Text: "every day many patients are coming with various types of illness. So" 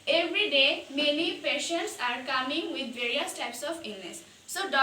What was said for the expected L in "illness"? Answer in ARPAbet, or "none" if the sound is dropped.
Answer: N